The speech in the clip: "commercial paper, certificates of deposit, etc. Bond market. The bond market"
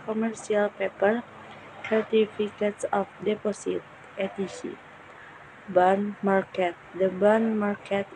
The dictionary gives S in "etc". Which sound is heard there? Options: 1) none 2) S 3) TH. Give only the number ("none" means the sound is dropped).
1